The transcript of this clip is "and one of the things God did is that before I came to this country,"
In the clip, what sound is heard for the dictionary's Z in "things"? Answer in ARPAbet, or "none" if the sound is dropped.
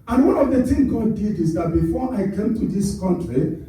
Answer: none